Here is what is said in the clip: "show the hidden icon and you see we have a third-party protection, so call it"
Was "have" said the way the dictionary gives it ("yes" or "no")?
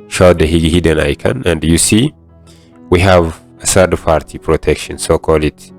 yes